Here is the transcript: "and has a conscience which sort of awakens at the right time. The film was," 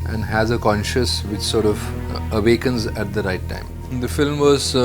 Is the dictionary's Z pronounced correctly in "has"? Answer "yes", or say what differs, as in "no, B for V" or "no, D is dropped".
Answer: yes